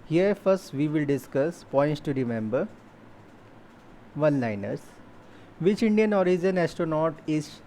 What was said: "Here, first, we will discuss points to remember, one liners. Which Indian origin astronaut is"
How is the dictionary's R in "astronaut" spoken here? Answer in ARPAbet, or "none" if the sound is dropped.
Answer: none